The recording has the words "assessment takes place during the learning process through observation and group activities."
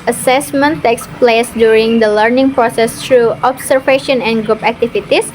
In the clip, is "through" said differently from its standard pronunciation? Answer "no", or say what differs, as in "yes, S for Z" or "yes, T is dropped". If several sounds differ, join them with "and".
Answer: yes, T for TH